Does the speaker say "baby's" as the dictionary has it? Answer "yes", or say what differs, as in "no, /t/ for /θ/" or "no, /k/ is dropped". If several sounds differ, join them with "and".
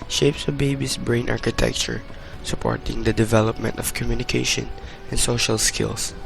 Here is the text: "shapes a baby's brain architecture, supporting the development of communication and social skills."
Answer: no, /s/ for /z/